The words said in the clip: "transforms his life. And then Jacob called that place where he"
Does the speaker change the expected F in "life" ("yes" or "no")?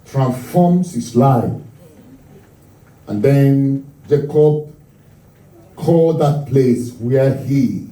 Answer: yes